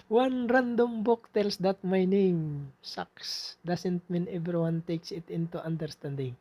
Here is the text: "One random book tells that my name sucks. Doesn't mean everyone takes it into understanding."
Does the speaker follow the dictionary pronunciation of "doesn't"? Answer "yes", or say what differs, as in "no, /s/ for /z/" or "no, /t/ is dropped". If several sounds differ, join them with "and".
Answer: no, /s/ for /z/